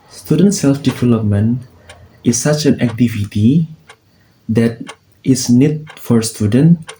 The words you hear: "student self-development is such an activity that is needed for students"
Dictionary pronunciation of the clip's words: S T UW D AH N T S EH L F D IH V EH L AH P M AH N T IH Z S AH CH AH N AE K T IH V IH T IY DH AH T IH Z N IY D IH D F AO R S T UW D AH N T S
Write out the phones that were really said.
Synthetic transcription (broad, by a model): S T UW D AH N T S EH L F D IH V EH L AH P M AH N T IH S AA CH AH N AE K T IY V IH T IY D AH T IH S N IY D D F AO R S T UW D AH N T